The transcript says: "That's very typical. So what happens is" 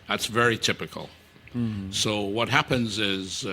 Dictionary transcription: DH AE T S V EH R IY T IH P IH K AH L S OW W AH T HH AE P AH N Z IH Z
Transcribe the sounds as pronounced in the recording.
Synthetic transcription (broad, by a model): DH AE T S V EH R IY T IH P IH K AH L S OW W AH T HH AE P AH N Z IH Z